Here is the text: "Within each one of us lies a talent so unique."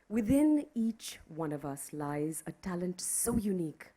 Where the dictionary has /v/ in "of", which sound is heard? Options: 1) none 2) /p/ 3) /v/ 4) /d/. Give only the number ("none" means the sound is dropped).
3